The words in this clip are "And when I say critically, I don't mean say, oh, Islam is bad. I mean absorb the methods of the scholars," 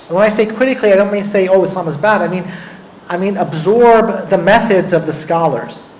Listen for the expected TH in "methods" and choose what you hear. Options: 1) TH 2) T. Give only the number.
1